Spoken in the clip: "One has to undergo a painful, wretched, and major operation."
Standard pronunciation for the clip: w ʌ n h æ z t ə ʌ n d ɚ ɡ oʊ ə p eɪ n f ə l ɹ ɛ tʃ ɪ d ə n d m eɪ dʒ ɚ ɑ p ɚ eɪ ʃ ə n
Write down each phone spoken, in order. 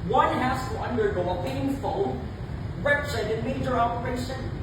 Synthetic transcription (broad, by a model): w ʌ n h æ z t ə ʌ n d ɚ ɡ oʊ ə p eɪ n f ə n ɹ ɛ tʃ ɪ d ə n m eɪ dʒ ɚ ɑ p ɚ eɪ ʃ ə n